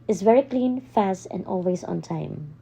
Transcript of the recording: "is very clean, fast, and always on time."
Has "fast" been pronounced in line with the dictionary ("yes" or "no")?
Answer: yes